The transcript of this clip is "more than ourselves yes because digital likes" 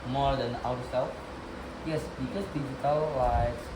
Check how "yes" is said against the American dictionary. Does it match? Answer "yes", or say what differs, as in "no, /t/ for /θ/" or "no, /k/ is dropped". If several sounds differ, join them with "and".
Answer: yes